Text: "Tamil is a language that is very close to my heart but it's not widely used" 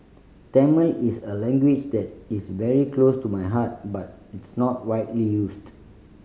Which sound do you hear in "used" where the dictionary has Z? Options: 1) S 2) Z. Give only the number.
1